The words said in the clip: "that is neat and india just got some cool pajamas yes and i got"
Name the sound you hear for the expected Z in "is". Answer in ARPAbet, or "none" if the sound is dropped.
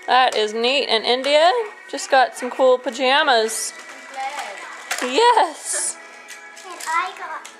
Z